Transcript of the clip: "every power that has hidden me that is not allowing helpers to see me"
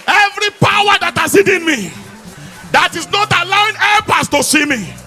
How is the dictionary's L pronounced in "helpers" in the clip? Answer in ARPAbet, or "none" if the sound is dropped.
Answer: none